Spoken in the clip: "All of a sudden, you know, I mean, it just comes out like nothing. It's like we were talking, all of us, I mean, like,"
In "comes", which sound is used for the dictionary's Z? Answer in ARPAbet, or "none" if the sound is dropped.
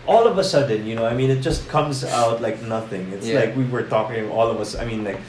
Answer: Z